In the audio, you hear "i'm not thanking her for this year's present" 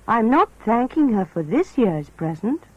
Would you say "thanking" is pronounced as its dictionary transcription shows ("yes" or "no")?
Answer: yes